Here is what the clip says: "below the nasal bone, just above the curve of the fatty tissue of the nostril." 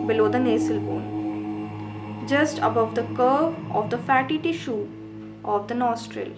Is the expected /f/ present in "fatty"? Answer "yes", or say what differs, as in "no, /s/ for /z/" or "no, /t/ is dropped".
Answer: yes